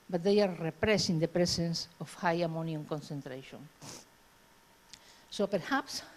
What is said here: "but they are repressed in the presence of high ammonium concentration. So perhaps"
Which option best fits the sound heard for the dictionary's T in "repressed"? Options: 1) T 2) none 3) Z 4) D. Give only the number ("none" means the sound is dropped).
2